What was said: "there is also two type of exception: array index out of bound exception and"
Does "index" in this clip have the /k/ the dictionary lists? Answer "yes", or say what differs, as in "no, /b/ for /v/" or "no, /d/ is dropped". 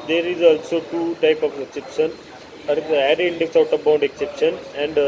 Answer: yes